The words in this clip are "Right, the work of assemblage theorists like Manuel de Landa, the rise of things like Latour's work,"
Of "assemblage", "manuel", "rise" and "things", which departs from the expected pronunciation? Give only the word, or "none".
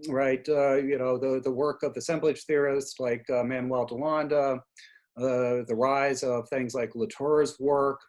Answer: none